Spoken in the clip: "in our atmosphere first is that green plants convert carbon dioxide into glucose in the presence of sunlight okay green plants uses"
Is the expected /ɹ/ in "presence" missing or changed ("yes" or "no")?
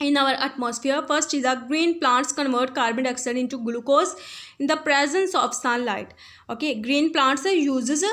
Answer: no